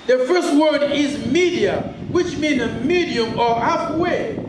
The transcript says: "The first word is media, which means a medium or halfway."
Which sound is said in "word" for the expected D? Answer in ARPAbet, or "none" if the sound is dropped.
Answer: D